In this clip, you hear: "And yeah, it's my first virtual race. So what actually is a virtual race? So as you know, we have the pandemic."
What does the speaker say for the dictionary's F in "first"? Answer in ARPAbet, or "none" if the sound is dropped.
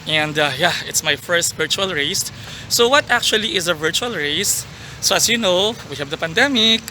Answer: F